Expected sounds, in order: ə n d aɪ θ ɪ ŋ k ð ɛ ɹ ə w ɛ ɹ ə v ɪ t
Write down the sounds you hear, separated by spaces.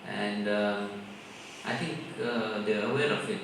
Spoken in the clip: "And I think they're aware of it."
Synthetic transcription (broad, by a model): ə n d aɪ t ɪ ŋ k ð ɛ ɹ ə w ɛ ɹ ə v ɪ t